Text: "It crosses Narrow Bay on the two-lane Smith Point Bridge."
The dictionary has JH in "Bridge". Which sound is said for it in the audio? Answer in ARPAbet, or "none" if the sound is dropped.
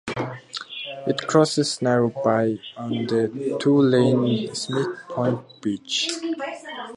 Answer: CH